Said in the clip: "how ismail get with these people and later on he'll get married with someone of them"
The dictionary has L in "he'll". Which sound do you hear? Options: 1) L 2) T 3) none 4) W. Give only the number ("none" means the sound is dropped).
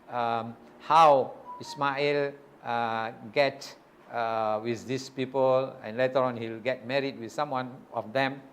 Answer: 1